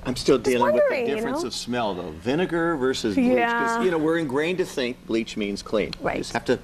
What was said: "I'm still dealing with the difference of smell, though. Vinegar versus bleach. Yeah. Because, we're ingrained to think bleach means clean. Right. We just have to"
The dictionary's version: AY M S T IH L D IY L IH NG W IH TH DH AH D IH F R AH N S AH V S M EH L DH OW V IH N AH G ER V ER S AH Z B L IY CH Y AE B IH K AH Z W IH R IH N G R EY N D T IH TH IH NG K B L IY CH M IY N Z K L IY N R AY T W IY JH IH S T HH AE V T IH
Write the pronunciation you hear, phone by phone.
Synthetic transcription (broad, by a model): AY M S T IH L D IY L IH NG W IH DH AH D IH F R AH N S AH V S M EH L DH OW V IH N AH G ER V ER S AH Z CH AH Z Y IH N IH AH W IH R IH N G R EY N T IH TH IH NG K B L IY CH M IY N Z K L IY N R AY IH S HH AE F T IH